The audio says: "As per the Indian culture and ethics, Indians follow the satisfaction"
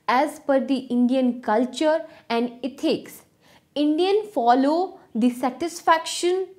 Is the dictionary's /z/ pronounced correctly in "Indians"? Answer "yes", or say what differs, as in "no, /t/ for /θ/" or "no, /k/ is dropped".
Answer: no, /z/ is dropped